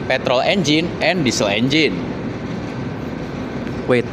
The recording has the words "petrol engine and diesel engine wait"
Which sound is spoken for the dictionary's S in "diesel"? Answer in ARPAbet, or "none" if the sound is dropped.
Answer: S